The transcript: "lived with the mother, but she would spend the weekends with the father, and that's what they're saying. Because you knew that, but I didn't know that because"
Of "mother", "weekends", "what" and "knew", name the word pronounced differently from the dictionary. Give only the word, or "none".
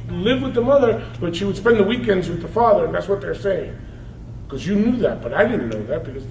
none